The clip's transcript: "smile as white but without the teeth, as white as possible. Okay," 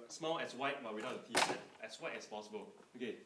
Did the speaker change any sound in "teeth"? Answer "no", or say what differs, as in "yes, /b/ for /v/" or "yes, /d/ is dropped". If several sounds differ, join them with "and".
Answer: yes, /t/ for /θ/